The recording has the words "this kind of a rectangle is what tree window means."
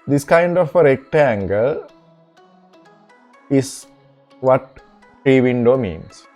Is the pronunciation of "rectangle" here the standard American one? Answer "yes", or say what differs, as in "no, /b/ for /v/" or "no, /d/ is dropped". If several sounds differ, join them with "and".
yes